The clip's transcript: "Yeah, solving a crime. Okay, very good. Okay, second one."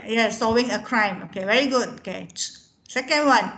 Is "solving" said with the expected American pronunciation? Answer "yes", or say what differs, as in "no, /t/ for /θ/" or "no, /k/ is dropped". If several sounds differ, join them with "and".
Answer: no, /l/ is dropped